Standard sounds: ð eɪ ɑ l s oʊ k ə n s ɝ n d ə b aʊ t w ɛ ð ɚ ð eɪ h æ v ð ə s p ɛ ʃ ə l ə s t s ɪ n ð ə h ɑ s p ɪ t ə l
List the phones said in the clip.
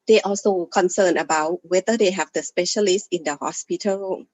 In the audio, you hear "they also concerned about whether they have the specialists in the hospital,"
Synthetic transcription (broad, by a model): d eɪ ɑ l s oʊ k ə n s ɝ n ə b aʊ t w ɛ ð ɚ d eɪ h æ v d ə s p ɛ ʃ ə l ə s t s ɪ n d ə h ɑ s p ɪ t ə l